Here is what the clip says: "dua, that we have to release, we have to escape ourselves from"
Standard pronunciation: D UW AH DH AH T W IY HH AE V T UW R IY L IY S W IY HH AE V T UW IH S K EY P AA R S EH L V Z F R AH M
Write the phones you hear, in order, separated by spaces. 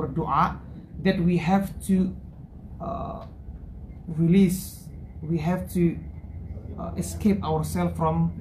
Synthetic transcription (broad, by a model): D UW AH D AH T W IY HH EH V T UW R IY L IY S W IY HH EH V T UW IH S K EY P AA W S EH L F F R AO M